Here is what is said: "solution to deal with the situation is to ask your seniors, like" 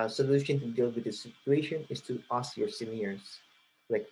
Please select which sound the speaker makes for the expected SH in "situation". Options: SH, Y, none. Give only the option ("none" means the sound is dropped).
SH